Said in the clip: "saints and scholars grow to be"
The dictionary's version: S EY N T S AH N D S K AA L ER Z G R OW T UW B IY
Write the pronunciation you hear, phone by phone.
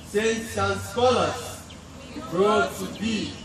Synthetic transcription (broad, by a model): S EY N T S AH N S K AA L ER S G OW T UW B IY